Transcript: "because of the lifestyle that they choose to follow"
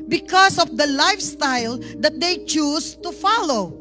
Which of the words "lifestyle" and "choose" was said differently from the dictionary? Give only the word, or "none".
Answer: choose